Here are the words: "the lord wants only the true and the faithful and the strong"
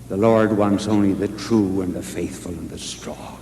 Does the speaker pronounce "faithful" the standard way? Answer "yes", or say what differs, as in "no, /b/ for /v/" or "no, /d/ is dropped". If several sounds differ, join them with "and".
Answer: yes